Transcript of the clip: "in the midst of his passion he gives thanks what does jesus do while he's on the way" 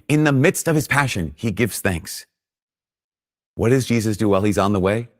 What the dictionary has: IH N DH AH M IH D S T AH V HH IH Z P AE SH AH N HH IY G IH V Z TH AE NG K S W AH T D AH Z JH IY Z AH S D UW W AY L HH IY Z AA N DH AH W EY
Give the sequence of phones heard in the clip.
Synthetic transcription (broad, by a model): IH N DH AH M IH D S T AH V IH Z P AE SH AH N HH IY G IH V Z TH AE NG K S W AH T D AH Z JH IY Z AH S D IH W AY L IY Z N DH AH W EY